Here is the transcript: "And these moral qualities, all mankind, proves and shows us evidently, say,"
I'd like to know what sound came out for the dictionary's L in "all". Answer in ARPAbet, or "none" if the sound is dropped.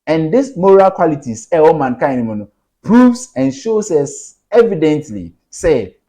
W